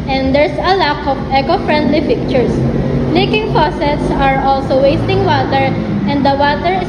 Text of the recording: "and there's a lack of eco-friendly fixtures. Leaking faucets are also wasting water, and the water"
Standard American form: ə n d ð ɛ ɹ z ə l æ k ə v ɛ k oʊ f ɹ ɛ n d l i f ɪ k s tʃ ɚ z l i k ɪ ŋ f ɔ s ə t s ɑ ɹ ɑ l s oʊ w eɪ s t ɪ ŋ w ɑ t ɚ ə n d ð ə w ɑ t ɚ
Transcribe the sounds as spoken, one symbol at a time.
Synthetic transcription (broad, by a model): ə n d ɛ ɹ s ə l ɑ k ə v ɛ k oʊ f ɹ ɛ n d l i p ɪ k tʃ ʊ s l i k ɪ ŋ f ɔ s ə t s ɑ ɹ ɑ l s oʊ w eɪ s t ɪ ŋ w ɑ t ɚ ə n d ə w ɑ t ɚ